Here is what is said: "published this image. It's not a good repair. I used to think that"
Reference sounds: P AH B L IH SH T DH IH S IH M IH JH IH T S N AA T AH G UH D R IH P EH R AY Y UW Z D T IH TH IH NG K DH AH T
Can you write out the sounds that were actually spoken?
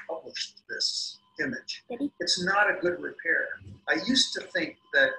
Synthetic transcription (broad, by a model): P AH B L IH SH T DH IH S IH M IH JH IH T S N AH T AH G UH D R IH P EH R AY Y UW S T IH TH IH NG K DH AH T